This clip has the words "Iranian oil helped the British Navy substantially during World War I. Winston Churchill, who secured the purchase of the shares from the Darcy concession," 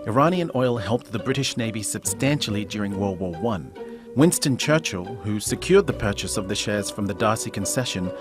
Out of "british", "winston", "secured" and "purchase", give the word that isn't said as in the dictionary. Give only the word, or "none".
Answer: none